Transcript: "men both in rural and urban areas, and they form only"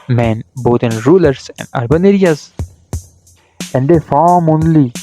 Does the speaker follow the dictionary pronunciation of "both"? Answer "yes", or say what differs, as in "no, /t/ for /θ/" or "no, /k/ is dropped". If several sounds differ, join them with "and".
no, /t/ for /θ/